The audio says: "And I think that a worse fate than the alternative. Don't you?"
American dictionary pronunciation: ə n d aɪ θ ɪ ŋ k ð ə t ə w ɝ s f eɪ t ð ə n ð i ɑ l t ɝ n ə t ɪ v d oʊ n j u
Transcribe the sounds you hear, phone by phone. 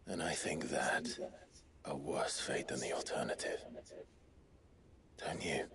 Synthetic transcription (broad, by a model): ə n aɪ θ ɪ ŋ k ð ə t ə w ɝ s f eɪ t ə n ð i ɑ l t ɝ n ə t ɪ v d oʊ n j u